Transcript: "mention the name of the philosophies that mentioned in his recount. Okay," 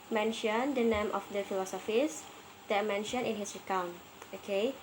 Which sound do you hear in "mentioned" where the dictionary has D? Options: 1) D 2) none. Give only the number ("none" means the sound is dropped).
2